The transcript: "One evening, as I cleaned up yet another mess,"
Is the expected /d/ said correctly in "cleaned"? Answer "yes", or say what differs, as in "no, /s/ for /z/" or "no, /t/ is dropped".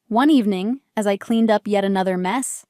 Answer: yes